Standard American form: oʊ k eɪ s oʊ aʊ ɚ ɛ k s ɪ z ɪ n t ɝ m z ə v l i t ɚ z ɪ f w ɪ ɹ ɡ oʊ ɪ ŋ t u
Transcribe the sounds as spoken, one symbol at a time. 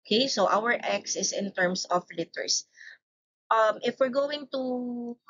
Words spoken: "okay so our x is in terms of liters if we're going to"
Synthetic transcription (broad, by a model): k eɪ s oʊ aʊ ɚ ɛ k s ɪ s ɪ n t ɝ m s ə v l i t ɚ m ɪ f w ɪ ɹ ɡ oʊ ɪ ŋ t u